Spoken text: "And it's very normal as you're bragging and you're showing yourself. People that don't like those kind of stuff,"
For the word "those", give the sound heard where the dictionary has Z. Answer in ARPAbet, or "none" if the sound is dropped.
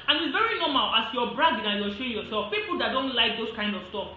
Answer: S